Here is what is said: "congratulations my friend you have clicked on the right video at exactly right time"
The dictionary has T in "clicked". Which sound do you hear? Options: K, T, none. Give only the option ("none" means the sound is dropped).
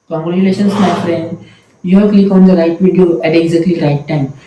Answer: none